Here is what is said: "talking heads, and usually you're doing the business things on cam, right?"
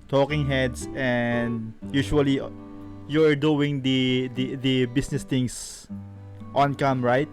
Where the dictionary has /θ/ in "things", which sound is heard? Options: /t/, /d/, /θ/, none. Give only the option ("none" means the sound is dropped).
/t/